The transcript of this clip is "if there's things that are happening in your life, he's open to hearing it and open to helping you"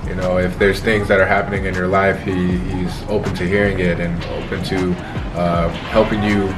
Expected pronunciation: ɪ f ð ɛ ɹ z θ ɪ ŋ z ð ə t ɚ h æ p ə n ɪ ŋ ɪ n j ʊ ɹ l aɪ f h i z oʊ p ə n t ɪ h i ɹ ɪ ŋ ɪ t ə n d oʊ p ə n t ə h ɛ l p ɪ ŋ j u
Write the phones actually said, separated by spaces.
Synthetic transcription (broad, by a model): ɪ f ð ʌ ɹ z θ ɪ ŋ z ð ə t ɚ h æ p ə n ɪ ŋ ɪ n j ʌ ɹ l aɪ f h i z oʊ p ə n t ɪ h i ɹ ɪ ŋ ɪ t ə n oʊ p ə n t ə h ɛ l p ɪ ŋ j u